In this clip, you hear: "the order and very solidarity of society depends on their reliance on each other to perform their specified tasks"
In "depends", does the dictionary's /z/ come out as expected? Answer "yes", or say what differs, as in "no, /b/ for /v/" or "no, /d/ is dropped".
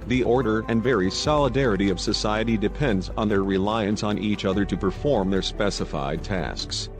yes